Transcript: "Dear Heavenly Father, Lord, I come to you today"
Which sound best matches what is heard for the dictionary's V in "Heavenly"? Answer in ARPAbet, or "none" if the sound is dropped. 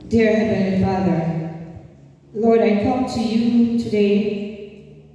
B